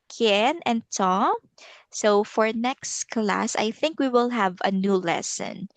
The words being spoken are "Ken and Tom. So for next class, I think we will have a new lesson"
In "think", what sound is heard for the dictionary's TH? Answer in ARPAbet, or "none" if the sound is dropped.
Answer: TH